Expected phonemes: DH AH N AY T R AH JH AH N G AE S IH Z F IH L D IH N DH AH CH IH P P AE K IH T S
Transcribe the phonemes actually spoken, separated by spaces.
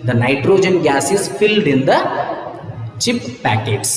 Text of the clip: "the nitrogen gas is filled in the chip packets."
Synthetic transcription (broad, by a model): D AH N AY T R AH JH AH N G AE S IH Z F IH L D IH N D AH CH IH P P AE K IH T S